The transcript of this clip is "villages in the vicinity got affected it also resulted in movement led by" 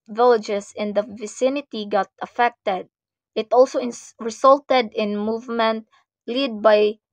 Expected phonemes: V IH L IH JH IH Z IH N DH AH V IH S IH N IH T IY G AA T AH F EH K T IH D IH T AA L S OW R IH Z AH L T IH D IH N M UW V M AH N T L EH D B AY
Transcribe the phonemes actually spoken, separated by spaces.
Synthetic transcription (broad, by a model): V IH L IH JH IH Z IH N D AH V IH S IH N IH T IY G AA T AH F EH K T IH D IH T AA L S OW R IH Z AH L T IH D IH N M UW V M AH N T L EH D B AY